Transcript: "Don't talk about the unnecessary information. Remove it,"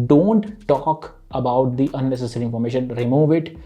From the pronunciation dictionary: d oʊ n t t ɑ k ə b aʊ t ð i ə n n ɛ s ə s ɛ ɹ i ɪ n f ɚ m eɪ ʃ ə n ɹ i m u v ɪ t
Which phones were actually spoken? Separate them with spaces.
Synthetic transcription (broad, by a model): d oʊ n t t ɑ k ə b aʊ t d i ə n n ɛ s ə s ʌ ɹ i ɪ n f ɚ m eɪ ʃ ə n ɹ i m u v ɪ t